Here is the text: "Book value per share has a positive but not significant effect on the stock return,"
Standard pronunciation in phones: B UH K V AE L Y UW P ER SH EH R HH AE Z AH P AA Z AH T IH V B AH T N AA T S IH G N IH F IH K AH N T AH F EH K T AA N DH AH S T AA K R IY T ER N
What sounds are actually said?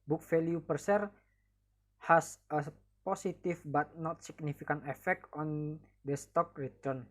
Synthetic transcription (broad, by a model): B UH K F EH L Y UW P ER S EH R HH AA S AH P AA S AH T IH F B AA T N AA T S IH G N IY F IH K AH N T AH F EH K T AA N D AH S T AA K R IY T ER N